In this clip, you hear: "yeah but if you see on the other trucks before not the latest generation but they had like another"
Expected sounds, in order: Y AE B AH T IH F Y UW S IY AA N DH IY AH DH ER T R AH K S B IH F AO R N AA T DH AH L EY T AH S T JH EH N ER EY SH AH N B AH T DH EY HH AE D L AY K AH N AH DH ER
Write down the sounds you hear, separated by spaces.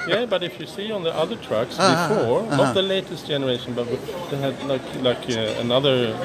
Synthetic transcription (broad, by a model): Y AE B AH T IH F Y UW S IY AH N DH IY AH DH ER T R AH K S B IH F AO R N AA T DH AH L EY T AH S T JH EH N ER EY SH AH N B AH T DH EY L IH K L AY K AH N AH DH ER